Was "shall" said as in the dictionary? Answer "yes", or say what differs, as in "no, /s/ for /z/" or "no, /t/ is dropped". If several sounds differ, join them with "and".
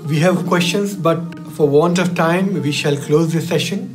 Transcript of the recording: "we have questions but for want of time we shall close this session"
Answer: yes